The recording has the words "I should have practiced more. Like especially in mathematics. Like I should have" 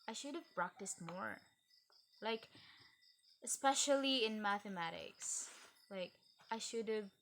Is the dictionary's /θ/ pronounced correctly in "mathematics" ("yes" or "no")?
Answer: yes